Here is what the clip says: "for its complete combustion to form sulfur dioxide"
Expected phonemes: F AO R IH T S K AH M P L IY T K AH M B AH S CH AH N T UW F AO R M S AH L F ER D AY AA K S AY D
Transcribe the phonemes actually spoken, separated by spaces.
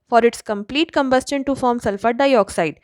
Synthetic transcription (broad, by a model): F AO R IH T S K AH M P L IY T K AH M B AH S CH AH N T UW F AO R M S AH L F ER D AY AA K S AY D